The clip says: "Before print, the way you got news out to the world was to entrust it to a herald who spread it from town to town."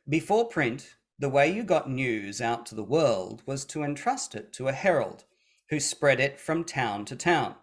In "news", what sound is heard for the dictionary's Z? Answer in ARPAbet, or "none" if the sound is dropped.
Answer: Z